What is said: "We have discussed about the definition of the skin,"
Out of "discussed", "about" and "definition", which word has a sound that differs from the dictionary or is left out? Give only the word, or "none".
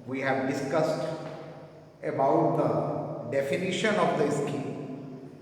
none